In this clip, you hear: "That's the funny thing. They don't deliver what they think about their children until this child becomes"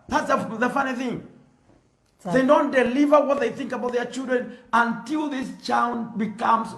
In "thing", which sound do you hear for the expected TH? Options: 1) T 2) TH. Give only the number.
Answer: 2